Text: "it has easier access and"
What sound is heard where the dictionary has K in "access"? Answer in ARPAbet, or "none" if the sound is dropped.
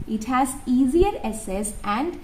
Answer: none